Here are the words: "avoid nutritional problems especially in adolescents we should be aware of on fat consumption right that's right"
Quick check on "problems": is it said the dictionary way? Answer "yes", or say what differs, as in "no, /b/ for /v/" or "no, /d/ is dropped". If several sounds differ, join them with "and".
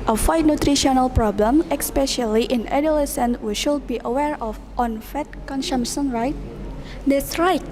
no, /z/ is dropped